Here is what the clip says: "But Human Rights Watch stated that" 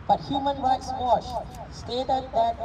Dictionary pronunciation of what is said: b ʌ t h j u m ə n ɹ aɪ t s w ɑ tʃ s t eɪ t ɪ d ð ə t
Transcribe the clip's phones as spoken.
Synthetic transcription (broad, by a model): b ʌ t h j u m ə n ɹ aɪ t s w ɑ ʃ s t eɪ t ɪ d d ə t